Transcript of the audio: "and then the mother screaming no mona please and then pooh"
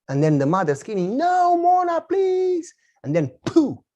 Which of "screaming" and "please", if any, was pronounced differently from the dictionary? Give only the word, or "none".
screaming